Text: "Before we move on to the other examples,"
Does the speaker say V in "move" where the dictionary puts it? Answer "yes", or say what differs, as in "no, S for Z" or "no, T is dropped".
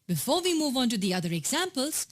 yes